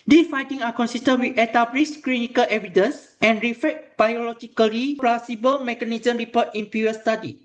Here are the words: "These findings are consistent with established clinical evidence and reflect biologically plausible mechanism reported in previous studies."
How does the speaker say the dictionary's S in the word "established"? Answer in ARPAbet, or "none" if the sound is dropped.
none